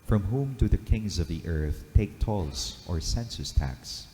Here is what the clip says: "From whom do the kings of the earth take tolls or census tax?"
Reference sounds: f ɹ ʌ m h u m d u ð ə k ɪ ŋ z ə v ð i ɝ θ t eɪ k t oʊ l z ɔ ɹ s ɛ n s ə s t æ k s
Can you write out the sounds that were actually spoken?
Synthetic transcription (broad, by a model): f ɹ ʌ m h u m d u ð ə k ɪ ŋ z ə v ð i ɝ θ t eɪ k t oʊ l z ɔ ɹ s ɛ n s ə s t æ k s